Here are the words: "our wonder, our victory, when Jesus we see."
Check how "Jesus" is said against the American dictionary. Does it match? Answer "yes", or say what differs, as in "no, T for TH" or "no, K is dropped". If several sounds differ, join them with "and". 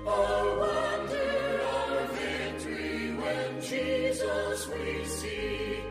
yes